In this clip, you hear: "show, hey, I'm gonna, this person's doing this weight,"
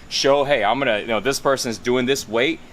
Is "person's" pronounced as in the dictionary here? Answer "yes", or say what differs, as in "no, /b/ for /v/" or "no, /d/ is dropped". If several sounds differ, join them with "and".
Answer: yes